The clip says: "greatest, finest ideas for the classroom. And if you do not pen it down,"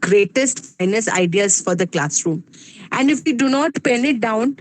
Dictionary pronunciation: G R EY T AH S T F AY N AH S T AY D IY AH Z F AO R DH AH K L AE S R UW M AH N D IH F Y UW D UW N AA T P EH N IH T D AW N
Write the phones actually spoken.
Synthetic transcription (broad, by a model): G R EY T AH S T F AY N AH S AY D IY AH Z F AO R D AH K L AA S R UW M AH N D IH F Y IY D UW N AA T P EH N IH T D AW N